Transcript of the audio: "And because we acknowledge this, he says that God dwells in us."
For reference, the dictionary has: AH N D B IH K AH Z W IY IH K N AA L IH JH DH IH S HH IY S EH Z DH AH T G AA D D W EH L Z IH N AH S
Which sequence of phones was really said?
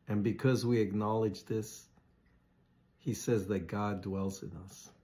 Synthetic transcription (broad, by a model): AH N B IH K AH Z W IY IH K N AA L IH JH DH IH S HH IY S EH Z DH AH T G AA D D W EH L Z IH N AH S